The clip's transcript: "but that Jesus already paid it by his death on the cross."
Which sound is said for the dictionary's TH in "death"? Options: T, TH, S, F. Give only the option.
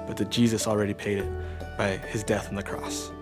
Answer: TH